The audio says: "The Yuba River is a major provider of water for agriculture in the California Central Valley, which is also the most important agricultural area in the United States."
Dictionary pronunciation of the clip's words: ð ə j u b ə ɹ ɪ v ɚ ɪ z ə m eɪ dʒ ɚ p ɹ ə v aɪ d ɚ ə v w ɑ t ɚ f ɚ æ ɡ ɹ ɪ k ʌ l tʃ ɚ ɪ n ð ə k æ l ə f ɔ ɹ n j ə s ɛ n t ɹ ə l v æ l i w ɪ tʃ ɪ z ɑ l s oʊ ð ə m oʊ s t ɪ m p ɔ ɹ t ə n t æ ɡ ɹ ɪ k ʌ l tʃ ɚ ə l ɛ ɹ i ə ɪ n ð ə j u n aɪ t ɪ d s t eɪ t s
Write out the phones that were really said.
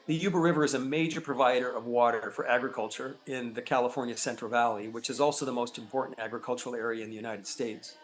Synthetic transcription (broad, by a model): ð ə j u b ə ɹ ɪ v ɚ ɪ z ə m eɪ dʒ ɚ p ɹ ə v aɪ d ɚ ə v w ɑ t ɚ f ɚ æ ɡ ɹ ɪ k ʌ l tʃ ɚ ɪ n ð ə k æ l ə f ɔ ɹ n j ə s ɛ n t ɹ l v æ l i w ɪ tʃ ɪ z ɑ l s oʊ ð ə m oʊ s t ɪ m p ɔ ɹ t n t æ ɡ ɹ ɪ k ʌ l tʃ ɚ l ɛ ɹ i ə ɪ n ð ə j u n aɪ t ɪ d s t eɪ t s